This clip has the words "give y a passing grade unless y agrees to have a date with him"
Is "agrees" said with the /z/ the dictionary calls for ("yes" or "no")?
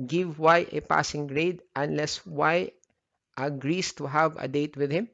no